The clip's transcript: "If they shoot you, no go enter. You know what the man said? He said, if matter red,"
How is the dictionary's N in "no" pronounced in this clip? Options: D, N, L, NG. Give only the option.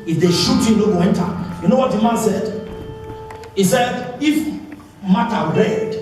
L